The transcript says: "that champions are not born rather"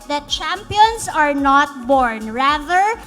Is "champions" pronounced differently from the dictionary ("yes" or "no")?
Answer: yes